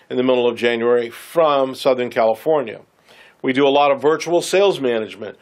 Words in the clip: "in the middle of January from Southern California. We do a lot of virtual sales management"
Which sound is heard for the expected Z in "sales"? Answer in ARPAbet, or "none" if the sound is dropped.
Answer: Z